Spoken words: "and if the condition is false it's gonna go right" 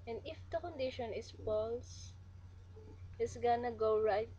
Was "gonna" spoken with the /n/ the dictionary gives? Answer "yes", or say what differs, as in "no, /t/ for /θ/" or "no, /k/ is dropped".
yes